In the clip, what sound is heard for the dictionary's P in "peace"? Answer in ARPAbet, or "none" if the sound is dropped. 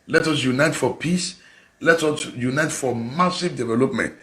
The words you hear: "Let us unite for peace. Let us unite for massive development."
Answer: P